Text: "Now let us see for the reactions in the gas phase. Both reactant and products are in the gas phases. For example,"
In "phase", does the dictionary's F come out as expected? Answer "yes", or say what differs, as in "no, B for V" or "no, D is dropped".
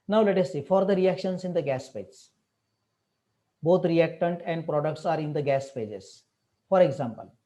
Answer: no, P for F